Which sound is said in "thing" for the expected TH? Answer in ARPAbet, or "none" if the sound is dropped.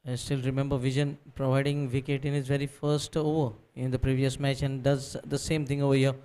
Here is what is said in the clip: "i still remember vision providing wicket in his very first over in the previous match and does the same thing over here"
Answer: T